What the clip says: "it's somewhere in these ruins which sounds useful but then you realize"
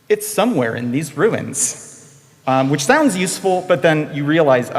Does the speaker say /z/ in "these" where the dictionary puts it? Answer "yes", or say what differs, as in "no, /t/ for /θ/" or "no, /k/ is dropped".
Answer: yes